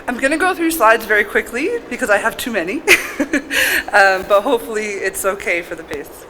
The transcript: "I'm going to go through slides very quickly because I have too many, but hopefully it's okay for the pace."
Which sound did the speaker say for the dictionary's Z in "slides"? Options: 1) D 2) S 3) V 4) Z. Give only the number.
4